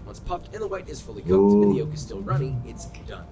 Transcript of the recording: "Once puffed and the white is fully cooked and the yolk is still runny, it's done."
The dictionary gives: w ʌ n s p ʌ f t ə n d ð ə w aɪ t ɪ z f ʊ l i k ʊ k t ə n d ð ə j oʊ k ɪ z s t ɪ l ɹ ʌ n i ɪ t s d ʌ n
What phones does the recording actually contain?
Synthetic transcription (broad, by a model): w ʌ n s p ʌ f t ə n ð ə w aɪ t ɪ z f ʊ l i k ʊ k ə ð j oʊ k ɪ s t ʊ n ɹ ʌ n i ɪ t s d ʌ n